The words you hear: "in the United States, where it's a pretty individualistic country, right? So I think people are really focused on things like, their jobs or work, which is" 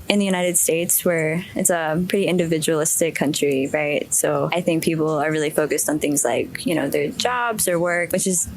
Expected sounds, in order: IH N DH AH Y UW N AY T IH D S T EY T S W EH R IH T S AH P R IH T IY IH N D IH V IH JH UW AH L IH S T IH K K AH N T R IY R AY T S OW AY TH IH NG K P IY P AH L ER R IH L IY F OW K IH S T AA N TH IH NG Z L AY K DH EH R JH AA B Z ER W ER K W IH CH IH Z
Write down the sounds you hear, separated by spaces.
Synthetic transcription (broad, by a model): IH N DH AH Y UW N AY T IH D S T EY T S W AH R IH T S AH P R IH T IY IH N D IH V IH JH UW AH L IH S T IH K K AH N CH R IY R AY T S OW AY TH IH NG K P IY P L ER R IH L IY F OW K IH S T N TH IH NG Z L AY K DH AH R JH AA B Z ER W ER K W IH CH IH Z